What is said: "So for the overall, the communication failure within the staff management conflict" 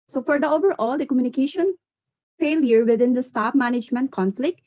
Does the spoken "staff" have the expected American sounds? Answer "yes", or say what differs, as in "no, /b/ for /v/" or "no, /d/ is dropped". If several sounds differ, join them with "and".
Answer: no, /p/ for /f/